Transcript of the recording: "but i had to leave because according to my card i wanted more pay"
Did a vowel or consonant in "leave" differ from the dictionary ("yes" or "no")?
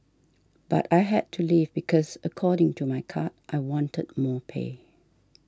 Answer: no